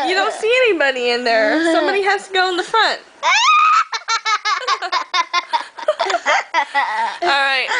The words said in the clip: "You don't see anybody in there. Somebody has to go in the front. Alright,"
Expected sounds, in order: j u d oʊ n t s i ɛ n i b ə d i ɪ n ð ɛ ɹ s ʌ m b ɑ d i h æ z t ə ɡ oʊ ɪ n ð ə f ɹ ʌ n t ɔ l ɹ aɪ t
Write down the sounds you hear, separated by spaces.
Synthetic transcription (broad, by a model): j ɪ d oʊ n t s i ɛ n i b ə d i ɪ n ð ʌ ɹ s ʌ m b ɑ d i h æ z t ə ɡ oʊ ɪ n ð ə f ɹ ʌ n t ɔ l ɹ aɪ t